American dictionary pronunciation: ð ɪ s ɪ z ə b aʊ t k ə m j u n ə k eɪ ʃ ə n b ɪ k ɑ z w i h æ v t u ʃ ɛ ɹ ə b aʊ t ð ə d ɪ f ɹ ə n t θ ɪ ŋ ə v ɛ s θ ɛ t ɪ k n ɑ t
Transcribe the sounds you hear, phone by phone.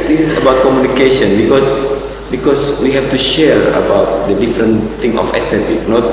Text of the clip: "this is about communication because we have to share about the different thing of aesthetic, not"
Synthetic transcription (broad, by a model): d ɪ s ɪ s ə b aʊ t k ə m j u n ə k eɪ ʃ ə n b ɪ k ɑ s w i h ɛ f t u ʃ ɛ ɹ ə b aʊ t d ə d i f ɹ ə n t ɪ ŋ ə f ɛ s t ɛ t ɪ k n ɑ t